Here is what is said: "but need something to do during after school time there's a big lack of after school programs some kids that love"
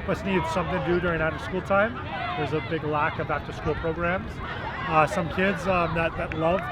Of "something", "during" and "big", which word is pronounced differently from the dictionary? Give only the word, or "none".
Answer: none